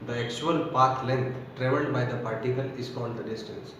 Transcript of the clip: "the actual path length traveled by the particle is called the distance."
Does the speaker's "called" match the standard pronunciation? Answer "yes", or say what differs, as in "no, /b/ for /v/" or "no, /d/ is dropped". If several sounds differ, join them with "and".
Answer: no, /n/ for /l/